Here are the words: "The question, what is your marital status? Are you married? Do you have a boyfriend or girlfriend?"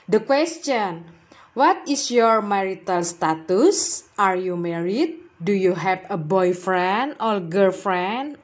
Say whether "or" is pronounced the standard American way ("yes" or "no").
no